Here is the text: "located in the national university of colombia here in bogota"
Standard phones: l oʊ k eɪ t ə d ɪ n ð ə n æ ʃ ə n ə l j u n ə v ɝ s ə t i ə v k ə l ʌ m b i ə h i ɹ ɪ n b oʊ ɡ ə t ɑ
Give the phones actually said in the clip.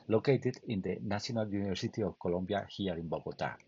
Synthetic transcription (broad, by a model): l oʊ k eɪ t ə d ɪ n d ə n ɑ s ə n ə l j u n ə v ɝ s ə t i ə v k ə l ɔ m b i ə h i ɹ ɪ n b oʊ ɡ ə t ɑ